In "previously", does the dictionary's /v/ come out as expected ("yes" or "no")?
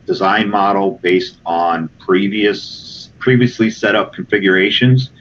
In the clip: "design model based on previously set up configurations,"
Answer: yes